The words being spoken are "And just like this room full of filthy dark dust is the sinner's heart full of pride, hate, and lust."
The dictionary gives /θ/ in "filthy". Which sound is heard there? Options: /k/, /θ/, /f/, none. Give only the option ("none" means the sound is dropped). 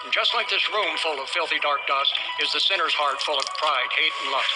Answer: /θ/